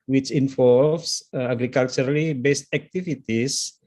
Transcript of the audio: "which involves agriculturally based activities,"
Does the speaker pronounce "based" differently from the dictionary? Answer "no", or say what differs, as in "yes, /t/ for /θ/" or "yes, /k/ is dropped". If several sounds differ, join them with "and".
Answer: no